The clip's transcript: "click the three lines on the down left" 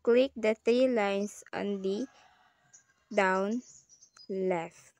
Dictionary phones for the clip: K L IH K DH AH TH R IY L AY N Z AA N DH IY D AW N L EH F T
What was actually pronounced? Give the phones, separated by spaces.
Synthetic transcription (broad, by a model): K L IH K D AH T R IY L AY N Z AA N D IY D AW N L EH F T